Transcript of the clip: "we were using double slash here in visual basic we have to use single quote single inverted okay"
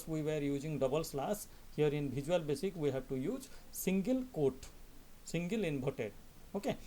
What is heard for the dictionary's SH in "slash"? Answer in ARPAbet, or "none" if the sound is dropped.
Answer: S